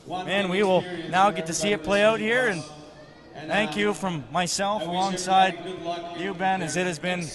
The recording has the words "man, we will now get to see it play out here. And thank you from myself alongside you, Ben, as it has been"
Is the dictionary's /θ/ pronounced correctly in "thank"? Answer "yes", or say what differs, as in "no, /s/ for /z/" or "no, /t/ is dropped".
yes